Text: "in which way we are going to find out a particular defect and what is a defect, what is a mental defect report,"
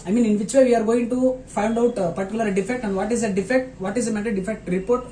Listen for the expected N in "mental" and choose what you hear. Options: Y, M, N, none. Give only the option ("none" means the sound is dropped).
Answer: none